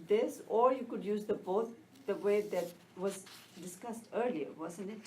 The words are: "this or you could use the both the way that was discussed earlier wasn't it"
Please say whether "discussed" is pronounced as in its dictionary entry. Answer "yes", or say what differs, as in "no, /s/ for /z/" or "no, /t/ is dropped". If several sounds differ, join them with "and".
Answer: yes